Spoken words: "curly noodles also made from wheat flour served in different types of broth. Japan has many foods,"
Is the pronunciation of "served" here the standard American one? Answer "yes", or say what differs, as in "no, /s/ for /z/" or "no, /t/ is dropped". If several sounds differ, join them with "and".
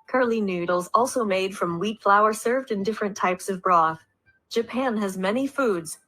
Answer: yes